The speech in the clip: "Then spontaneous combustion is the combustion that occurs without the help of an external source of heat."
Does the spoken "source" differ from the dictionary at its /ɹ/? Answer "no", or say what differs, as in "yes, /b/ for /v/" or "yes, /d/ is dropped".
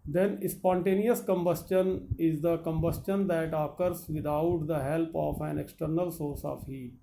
no